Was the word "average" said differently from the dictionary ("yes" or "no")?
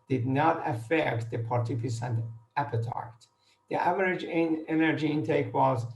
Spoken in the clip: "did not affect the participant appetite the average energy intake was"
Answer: no